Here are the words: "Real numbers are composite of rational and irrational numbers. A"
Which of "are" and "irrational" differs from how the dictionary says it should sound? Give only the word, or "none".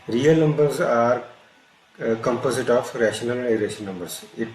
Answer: irrational